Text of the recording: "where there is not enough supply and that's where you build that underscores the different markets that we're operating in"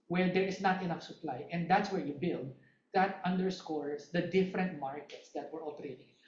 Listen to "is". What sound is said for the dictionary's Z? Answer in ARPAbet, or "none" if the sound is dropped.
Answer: S